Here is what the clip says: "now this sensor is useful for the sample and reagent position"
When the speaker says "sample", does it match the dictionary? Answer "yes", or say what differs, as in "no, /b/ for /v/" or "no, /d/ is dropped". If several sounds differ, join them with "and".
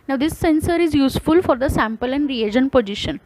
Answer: yes